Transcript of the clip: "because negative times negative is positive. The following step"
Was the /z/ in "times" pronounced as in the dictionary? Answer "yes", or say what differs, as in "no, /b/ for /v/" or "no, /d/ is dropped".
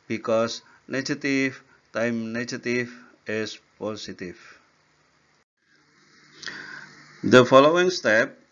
no, /z/ is dropped